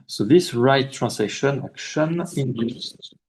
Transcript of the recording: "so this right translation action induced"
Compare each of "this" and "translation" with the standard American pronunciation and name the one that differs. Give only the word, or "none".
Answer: translation